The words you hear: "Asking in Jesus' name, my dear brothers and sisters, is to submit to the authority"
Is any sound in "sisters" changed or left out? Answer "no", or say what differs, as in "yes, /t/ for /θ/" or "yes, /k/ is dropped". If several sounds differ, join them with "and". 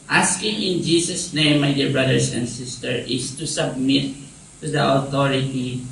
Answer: yes, /z/ is dropped